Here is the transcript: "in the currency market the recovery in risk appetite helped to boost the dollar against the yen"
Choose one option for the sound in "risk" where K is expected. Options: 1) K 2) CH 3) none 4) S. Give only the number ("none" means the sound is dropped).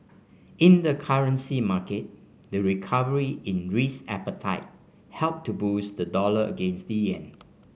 3